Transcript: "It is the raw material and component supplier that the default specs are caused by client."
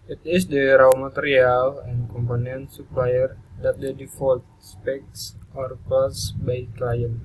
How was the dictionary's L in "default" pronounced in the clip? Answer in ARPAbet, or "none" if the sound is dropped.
L